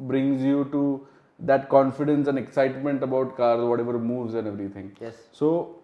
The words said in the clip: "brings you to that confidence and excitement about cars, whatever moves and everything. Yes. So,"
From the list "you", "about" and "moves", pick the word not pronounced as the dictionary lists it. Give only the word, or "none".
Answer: none